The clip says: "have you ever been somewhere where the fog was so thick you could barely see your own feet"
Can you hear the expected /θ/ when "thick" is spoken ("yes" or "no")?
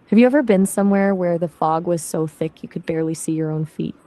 yes